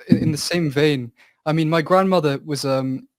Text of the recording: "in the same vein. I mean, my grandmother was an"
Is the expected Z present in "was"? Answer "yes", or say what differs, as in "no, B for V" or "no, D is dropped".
yes